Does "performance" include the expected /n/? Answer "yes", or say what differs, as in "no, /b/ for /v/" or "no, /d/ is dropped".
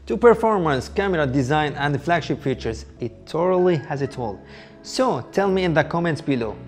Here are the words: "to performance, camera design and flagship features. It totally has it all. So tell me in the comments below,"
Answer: yes